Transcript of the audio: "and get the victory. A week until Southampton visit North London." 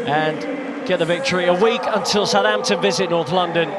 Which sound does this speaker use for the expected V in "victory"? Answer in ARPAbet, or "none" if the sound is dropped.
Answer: V